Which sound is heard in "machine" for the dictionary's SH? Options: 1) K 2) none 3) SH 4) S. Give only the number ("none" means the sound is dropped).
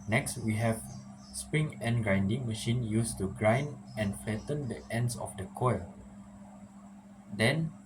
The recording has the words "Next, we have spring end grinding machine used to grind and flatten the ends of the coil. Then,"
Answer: 3